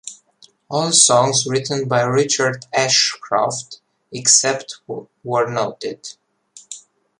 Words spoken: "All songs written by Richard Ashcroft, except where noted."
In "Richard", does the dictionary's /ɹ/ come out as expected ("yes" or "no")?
yes